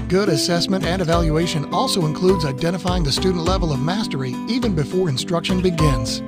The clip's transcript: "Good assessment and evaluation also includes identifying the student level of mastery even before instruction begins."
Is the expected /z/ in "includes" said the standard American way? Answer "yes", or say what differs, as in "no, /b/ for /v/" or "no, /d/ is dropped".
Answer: yes